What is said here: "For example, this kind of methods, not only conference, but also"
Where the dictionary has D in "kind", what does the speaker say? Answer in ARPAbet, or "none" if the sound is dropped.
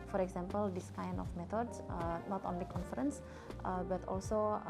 none